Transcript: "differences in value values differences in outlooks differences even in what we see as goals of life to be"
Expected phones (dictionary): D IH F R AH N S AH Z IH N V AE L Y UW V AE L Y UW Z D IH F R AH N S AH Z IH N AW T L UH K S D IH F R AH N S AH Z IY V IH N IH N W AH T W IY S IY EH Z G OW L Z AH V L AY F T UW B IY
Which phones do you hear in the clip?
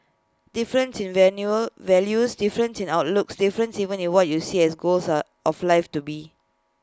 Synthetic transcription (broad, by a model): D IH F R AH N S IH N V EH N Y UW V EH L Y UW S D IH F R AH N S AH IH N AW T L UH K S D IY F R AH N S IY V IH N IH N W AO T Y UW S IY EH S G OW L S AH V L AY F T UW B IY